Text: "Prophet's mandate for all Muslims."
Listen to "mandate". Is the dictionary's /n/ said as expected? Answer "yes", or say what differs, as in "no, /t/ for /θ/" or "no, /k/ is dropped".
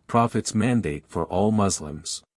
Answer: yes